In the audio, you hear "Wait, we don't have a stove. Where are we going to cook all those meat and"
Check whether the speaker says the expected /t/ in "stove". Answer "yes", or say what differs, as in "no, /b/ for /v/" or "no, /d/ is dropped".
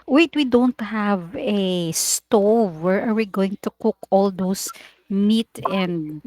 yes